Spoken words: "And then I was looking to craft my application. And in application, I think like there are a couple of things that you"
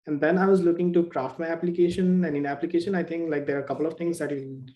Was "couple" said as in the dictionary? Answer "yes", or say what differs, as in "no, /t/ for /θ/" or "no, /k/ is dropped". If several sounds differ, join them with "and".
yes